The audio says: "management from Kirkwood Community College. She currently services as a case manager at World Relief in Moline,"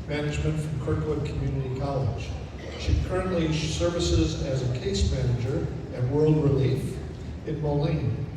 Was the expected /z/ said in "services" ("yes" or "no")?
yes